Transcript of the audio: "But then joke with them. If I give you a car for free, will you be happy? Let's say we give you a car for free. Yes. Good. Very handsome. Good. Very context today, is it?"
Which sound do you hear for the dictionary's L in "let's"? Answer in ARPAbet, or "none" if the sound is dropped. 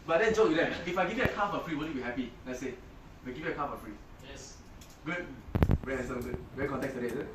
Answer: N